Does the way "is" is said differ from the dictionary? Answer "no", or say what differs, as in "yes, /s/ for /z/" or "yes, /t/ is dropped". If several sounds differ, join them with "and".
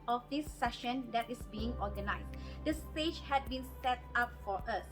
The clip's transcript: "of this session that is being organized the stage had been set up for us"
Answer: yes, /s/ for /z/